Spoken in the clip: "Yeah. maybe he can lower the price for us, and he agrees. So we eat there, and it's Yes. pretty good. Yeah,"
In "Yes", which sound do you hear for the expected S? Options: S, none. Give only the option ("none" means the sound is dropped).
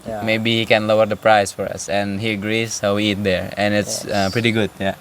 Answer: none